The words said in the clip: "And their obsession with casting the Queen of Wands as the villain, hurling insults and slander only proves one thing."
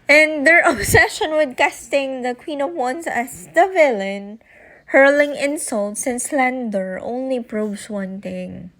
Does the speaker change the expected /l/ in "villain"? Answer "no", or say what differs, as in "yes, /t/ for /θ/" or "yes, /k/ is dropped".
no